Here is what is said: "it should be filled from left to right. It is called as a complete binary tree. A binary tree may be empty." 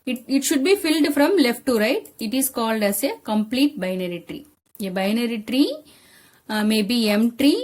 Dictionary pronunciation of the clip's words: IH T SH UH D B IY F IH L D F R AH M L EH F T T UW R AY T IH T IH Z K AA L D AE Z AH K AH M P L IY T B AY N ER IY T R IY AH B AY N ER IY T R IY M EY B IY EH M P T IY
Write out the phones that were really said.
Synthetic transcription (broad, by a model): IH T SH UH D B IY F IH L D F R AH M L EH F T T UW R AY T IH T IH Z K AA L D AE S AH K AH M P L IY T B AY N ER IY T R IY AH B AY N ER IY T R IY M EY B IY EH M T T IY